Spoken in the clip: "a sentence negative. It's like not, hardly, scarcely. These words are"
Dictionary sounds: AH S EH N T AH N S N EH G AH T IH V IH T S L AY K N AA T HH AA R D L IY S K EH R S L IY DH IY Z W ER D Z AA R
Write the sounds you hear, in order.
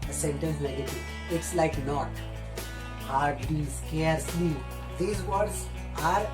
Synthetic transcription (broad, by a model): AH S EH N T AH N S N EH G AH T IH IH T S L AY K N AA T HH AA R D L IY S K EH R S L IY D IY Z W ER D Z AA R